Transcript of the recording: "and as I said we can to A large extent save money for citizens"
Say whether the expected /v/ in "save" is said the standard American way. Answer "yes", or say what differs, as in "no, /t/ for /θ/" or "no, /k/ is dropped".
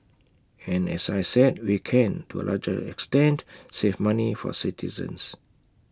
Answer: no, /f/ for /v/